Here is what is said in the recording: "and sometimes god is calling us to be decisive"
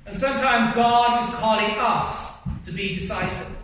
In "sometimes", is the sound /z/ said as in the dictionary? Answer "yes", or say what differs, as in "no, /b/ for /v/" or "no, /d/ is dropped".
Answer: yes